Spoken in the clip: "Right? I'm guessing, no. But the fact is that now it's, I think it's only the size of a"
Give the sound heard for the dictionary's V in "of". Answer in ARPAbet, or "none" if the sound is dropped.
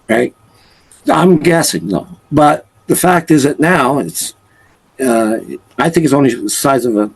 V